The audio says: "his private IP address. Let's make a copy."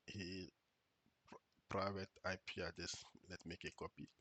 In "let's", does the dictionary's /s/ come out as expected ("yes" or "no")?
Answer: no